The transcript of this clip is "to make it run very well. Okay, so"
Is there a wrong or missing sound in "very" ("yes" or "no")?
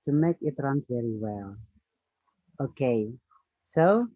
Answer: no